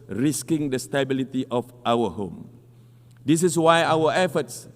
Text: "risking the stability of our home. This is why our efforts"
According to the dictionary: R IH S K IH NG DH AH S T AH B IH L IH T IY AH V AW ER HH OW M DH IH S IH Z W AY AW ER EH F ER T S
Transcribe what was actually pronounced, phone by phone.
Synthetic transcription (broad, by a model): R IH S K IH NG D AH S T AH B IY L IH T IY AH F AW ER HH OW M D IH S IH S W AY AW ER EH F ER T S